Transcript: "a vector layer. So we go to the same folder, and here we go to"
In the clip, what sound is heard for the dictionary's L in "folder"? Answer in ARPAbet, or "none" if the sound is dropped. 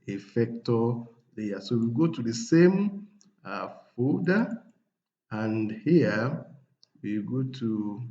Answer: none